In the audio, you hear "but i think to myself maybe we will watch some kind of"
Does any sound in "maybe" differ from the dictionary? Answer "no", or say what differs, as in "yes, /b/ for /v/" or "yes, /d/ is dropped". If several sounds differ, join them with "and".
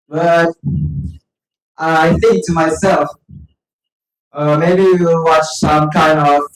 yes, /b/ is dropped